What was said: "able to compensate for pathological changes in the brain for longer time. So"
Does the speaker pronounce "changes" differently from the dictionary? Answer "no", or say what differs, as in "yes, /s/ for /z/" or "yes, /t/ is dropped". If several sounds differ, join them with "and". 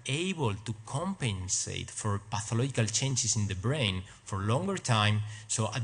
yes, /s/ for /z/